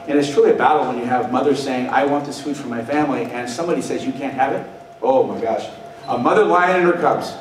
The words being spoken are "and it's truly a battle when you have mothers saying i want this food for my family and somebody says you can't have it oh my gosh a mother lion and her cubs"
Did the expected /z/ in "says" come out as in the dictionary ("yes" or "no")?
yes